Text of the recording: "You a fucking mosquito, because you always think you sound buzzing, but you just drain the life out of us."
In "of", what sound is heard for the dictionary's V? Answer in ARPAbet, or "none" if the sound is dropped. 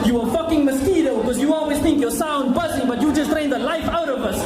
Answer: V